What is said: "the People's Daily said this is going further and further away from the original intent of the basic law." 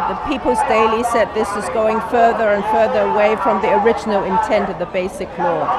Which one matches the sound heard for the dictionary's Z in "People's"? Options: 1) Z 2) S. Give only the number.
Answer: 1